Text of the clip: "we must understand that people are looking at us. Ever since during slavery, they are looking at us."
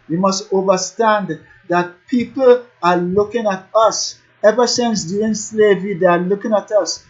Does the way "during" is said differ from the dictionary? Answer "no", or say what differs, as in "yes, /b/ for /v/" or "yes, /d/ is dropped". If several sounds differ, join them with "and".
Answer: yes, /ɹ/ is dropped